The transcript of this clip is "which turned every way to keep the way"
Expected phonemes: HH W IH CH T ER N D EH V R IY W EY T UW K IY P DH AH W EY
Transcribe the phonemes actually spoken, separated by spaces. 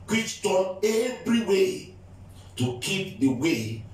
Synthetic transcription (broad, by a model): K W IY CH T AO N EH V R IY W EY T UW K IY P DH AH W EY